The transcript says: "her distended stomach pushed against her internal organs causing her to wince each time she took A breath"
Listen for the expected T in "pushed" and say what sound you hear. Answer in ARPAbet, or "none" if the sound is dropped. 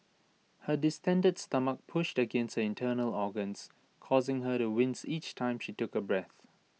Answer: T